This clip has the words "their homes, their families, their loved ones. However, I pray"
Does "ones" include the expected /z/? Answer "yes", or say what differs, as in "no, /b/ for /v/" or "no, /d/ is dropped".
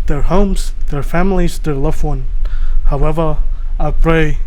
no, /z/ is dropped